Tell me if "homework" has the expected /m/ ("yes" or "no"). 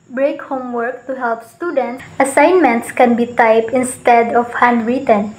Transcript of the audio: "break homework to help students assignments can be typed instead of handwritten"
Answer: yes